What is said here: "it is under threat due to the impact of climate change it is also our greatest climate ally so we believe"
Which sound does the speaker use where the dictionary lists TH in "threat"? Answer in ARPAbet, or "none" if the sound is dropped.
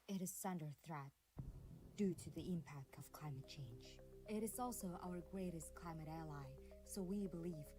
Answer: TH